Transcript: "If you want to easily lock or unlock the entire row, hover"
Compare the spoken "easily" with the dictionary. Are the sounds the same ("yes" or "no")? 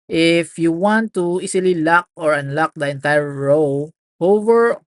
no